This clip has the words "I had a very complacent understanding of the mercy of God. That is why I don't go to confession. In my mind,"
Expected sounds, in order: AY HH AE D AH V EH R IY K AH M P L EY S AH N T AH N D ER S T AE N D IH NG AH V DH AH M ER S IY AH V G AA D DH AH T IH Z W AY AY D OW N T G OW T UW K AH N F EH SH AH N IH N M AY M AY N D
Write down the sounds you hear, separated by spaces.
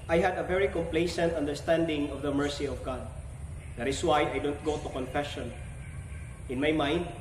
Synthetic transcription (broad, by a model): AY HH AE D AH V EH R IY K AH M P L EY S AH N T AH N D ER S T AE N D IH NG AH V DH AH M ER S IY AH V G AA D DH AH T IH S W AY AY D OW N T G OW T UW K AH N F EH SH AH N IH N M AY M AY N D